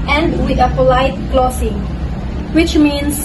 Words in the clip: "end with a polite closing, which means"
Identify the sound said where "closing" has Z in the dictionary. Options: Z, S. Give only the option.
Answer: S